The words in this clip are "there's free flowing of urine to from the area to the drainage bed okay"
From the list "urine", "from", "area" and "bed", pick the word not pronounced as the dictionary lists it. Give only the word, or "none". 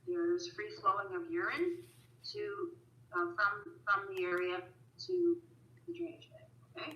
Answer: bed